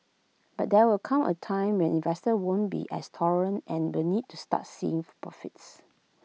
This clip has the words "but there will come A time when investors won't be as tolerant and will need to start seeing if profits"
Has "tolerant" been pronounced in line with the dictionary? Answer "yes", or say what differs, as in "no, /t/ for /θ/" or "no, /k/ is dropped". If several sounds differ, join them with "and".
no, /l/ is dropped